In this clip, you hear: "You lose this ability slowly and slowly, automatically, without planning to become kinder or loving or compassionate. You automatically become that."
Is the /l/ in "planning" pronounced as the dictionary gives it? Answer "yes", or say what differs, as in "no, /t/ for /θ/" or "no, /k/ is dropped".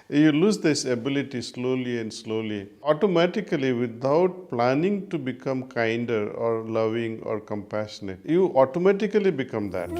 yes